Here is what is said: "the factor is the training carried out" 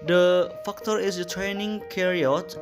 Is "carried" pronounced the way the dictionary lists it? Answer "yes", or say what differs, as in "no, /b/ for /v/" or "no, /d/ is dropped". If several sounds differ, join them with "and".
no, /d/ is dropped